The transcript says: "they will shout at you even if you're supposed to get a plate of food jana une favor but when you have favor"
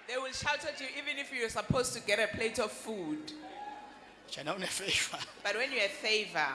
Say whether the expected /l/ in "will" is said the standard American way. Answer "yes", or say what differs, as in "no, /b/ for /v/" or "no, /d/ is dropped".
yes